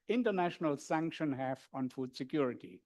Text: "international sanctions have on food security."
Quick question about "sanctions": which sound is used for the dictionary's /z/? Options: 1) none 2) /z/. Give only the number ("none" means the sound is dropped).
1